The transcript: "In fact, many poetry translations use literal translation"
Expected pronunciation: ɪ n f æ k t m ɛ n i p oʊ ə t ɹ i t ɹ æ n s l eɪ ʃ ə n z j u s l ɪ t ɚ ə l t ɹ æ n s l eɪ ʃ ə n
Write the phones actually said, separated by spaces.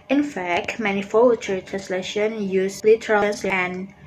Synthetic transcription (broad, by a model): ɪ n f æ k t m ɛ n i f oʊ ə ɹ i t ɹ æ n s l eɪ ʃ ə n j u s l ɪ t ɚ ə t ɹ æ n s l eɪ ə n